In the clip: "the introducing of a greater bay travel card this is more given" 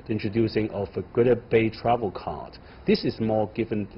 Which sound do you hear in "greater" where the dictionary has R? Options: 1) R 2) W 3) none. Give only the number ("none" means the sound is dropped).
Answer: 3